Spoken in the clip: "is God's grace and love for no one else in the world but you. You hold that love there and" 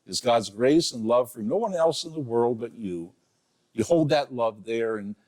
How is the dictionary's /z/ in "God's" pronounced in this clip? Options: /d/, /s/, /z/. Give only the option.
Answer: /z/